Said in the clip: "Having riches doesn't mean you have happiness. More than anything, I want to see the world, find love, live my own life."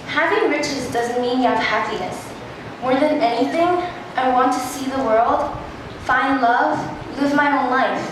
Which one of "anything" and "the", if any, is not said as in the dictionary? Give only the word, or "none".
none